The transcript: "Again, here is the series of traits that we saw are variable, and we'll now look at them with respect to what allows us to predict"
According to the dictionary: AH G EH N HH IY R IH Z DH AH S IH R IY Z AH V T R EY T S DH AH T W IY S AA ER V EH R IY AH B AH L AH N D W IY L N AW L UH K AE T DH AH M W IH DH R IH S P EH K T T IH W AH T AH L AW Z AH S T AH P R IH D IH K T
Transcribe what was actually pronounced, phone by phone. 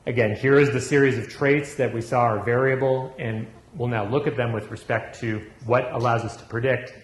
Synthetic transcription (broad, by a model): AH G EH N HH IY R IH Z DH AH S IH R IY Z AH V T R EY T S DH AH T W IY S AA ER V EH R IY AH B L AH N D W IY L N AW L UH K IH T DH AH M W IH DH R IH S P EH K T T IH W AH T AH L AW Z AH S T AH P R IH D IH K T